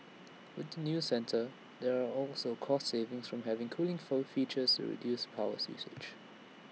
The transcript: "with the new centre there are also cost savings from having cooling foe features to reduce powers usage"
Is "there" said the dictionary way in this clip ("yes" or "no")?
yes